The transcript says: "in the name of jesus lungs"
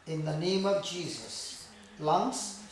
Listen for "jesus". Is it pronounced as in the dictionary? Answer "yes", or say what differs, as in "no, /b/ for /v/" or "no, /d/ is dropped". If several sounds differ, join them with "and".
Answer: yes